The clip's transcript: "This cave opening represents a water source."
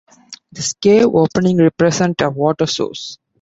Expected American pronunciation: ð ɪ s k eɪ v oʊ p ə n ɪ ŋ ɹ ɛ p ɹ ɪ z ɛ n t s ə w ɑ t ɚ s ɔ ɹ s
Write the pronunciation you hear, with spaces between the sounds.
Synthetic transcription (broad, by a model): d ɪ s k eɪ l oʊ p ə n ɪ ŋ ɹ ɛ p ɹ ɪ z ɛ n t ə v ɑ t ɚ s ɔ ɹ s